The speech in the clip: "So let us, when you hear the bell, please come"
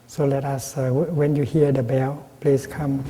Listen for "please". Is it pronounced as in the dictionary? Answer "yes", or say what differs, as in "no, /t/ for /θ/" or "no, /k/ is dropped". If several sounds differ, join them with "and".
no, /s/ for /z/